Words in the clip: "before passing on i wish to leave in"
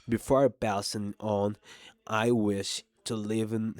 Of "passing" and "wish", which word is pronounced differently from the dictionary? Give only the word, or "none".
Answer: passing